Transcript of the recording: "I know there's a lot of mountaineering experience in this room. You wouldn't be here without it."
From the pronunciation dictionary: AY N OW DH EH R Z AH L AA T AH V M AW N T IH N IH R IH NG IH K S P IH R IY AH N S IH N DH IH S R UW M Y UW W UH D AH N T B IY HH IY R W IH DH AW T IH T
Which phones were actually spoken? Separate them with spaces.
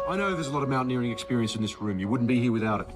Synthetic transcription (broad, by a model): AY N OW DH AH Z AH L AA T AH V M AW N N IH R IH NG IH K S P IH R IY AH N S IH N DH IH S R UW M Y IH W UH D N B IY HH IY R W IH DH AW T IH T